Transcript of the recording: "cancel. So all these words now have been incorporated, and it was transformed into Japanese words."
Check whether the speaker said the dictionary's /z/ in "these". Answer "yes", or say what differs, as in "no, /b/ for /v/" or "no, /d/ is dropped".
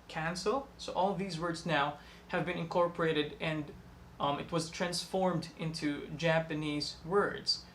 yes